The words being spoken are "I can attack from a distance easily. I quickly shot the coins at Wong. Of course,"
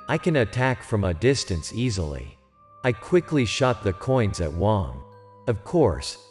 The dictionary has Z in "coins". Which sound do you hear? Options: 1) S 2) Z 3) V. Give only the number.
2